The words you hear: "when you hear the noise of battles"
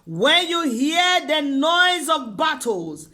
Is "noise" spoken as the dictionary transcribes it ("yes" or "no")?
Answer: yes